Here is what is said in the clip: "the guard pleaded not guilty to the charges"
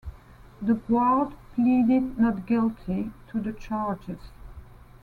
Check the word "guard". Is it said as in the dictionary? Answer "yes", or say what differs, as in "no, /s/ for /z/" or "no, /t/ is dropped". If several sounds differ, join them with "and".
no, /l/ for /ɹ/